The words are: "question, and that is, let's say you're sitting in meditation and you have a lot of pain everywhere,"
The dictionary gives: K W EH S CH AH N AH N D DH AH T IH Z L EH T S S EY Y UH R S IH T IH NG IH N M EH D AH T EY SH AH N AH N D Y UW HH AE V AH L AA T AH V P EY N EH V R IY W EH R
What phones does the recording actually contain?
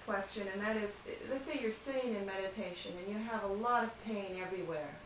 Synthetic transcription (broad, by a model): K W EH S CH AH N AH N DH AH T IH Z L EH T S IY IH Y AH R S IH T IH NG IH N M EH D AH T EY SH AH N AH N Y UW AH V AH L AA T AH V P EY N EH V R IY W EH R